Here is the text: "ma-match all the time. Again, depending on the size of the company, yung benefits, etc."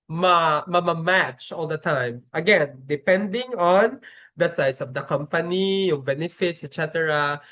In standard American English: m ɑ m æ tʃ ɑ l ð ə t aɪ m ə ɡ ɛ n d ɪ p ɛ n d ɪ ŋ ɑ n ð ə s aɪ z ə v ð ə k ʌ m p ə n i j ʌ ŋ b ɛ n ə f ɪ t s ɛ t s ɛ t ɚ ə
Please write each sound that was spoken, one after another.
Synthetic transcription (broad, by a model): m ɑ m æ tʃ ɑ l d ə t aɪ m ə ɡ ɛ n d ɪ p ɛ n d ɪ ŋ ɑ n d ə s aɪ s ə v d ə k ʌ m p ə n i j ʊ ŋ b ɛ n ə f ɪ t s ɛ t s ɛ t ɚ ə